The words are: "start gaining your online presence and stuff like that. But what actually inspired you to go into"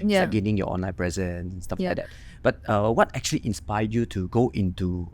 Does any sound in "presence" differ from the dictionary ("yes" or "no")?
yes